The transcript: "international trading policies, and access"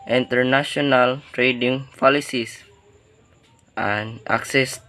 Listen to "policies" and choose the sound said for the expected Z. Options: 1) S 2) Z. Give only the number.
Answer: 1